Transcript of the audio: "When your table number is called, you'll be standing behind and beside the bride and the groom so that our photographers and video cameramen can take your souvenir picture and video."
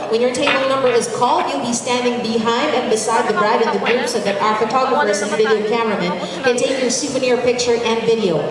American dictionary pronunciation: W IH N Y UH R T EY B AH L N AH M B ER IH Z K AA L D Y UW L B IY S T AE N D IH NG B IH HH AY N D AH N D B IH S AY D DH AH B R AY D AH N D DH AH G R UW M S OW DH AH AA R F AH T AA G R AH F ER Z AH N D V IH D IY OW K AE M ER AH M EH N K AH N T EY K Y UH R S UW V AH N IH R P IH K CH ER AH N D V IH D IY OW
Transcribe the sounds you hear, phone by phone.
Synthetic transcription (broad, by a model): W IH N Y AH R T EY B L N AH M B ER IH Z K AA L D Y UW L B IY S T AE N D IH NG B IH HH AY N D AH N B IH S AY D DH AH B R AY D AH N DH AH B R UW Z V DH AH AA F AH T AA G R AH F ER S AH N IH V IH D IY OW K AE M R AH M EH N K AH N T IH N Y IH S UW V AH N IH R P IH K CH ER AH N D V IH D IY OW